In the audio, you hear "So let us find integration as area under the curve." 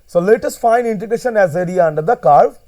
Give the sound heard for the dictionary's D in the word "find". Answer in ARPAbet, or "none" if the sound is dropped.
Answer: none